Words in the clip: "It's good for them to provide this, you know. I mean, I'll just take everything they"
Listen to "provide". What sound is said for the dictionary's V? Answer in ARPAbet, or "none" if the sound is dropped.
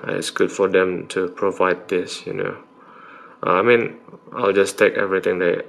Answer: V